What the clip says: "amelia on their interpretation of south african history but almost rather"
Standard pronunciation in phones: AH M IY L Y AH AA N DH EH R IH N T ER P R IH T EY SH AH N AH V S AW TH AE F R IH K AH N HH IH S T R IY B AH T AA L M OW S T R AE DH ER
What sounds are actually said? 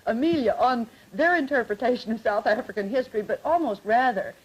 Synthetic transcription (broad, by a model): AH M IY L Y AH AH N DH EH R IH N T ER P R IH T EY SH AH N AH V S AW TH AE F R IH K AH N HH IH S T R IY B AH T AA L M OW S T R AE DH ER